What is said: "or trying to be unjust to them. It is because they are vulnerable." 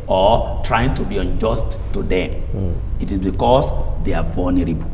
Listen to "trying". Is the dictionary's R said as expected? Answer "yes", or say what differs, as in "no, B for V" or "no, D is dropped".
yes